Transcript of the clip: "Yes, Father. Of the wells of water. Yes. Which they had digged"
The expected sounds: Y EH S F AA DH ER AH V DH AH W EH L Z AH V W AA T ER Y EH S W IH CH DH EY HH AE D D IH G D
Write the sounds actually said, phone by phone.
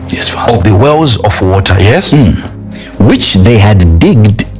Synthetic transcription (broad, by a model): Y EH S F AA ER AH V DH AH W EH L Z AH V W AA T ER Y EH S W IH CH DH EY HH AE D D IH G D